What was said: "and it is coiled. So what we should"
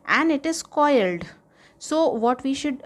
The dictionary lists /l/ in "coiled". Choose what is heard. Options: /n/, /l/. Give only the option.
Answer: /l/